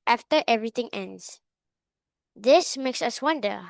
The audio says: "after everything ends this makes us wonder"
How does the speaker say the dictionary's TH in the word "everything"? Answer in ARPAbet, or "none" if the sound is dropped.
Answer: T